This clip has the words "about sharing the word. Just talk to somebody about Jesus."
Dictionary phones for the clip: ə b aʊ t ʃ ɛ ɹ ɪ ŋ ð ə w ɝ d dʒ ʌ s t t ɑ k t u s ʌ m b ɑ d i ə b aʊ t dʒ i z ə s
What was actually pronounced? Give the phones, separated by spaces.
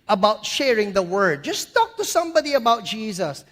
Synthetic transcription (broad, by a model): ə b aʊ t ʃ ɛ ɹ ɪ ŋ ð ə w ɝ d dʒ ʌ s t t ɑ k t u s ʌ m b ɑ d i ə b aʊ t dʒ i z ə s